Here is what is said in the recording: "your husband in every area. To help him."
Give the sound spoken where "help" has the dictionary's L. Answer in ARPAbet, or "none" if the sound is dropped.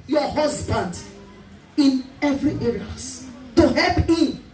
L